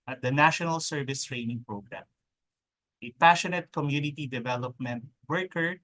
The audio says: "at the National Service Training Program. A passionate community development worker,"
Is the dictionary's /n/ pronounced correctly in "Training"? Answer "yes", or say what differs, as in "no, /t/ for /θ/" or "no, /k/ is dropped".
yes